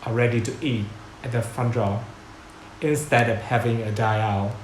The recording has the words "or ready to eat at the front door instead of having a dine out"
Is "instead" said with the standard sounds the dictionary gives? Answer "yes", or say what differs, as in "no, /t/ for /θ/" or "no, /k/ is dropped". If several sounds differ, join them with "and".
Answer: yes